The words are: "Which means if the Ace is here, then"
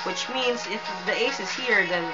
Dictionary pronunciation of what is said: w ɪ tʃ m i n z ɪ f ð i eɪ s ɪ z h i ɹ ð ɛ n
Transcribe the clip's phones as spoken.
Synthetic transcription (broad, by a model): w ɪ tʃ m i n z ɪ f ð i eɪ s ɪ z h i ɹ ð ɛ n